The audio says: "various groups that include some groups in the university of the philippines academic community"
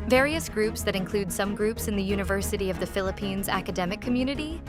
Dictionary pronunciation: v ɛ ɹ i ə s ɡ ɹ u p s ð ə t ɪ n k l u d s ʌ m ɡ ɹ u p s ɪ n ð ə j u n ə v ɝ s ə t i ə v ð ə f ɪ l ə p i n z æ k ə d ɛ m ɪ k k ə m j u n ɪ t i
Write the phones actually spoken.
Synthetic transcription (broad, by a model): v ɛ ɹ i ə s ɡ ɹ u p s ð ə t ɪ n k l u d s ʌ m ɡ ɹ u p s ɪ n ð ə j u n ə v ɝ s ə t i ə v ð ə f ɪ l ə p i n z æ k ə d ɛ m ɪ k k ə m j u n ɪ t i